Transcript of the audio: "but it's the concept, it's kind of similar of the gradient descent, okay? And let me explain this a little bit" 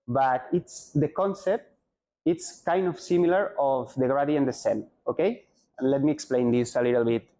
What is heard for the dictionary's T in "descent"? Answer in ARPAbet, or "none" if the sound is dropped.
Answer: none